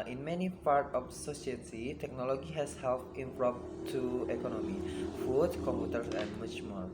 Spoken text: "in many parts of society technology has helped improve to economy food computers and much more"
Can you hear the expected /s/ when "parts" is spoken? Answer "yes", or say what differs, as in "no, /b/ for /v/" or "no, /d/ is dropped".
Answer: no, /s/ is dropped